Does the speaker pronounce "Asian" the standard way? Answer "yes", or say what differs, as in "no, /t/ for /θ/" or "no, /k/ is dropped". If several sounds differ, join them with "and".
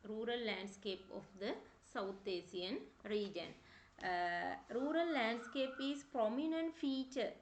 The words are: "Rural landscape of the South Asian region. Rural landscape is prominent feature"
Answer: no, /s/ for /ʒ/